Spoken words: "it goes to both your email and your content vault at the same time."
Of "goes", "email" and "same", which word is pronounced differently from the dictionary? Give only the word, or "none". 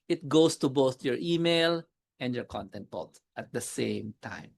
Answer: goes